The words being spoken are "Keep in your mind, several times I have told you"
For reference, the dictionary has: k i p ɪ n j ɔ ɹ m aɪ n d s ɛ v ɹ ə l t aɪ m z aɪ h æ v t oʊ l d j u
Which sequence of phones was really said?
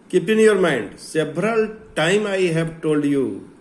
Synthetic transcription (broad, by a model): k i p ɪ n j ɔ ɹ m aɪ n d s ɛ b ɹ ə l t aɪ m aɪ h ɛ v t oʊ l d j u